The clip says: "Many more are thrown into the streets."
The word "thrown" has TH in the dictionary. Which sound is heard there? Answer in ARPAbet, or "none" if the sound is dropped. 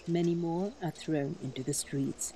TH